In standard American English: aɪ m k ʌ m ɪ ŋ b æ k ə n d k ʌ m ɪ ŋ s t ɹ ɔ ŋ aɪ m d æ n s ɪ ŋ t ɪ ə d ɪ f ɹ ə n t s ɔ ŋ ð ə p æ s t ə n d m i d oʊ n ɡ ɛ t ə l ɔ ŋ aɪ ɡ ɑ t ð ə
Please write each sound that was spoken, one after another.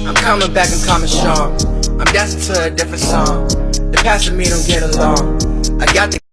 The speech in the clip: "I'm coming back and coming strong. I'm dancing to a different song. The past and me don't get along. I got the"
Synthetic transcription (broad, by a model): aɪ m k ʌ m ɪ ŋ b æ k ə n k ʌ m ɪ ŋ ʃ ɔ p aɪ m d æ s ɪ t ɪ ə d ɪ f ɹ ə n t s ɔ ŋ ð ə p æ s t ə m i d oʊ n ɡ ɛ t ə l ɔ ŋ aɪ ɡ ɑ t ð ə